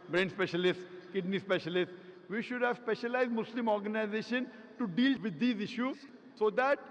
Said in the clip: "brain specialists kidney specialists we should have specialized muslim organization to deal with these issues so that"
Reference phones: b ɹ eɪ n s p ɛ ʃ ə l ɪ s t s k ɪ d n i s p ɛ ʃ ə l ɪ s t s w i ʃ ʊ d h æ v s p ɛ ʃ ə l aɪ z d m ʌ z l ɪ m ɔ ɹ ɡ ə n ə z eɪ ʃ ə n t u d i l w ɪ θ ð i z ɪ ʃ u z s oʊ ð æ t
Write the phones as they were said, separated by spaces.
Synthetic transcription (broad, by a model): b ɹ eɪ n s p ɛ ʃ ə l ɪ s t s k ɪ d n i s p ɛ ʃ ə l ɪ s t s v i ʃ ʊ d h æ v s p ɛ ʃ ə l aɪ z d m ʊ s l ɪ m ɔ ɹ ɡ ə n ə z eɪ ʃ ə n t u d i l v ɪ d i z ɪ ʃ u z s oʊ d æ t